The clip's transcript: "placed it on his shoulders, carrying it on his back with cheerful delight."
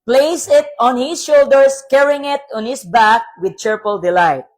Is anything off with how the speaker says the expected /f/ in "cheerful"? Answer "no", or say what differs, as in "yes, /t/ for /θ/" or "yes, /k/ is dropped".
yes, /p/ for /f/